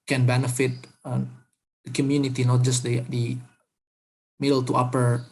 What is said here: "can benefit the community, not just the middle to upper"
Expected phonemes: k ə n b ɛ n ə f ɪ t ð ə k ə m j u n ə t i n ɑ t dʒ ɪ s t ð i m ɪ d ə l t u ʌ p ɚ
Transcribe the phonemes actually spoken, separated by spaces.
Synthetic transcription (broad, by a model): k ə n b ɛ n ə f ɪ t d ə k ə m j u n ə t i n ɑ t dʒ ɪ s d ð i m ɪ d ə l t u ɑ p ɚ